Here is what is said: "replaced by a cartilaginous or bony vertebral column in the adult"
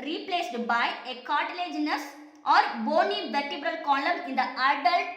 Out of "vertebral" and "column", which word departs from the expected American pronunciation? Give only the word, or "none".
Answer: none